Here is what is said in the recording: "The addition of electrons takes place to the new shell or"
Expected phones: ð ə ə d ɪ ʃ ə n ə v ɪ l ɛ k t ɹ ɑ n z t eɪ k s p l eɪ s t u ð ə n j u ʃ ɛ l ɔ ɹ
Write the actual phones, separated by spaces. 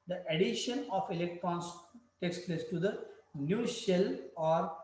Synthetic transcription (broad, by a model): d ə ə d ɪ ʃ ə n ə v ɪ l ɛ k t ɹ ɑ n s t eɪ k s p l eɪ s t u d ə n j u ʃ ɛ l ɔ ɹ